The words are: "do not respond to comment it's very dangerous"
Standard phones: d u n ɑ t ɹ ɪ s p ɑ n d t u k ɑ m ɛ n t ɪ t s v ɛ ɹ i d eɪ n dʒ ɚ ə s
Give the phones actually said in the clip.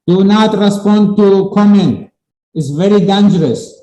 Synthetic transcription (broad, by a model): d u n ɑ t ɹ ɪ s p ɑ n d t u k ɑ m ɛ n ɪ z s v ɛ ɹ i d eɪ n dʒ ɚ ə s